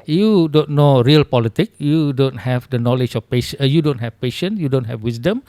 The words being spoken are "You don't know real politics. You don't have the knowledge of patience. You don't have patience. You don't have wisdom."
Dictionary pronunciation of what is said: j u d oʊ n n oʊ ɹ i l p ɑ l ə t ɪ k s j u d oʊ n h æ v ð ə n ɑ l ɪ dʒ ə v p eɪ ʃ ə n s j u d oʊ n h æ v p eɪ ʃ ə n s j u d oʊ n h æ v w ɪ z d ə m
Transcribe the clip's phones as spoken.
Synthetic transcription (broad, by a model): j u d oʊ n n oʊ ɹ i l p ɑ l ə t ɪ k j u d oʊ n h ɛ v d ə n ɑ l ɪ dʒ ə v p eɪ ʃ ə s j u d oʊ n h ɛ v p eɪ ʃ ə n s j u d oʊ n h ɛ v w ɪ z d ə m